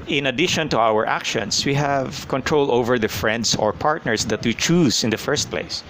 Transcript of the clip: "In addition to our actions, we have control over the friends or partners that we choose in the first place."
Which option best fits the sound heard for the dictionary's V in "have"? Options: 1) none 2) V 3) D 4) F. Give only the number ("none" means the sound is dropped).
2